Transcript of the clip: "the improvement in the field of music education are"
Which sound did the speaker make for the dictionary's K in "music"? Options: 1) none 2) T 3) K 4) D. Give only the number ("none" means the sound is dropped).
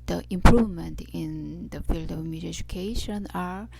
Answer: 1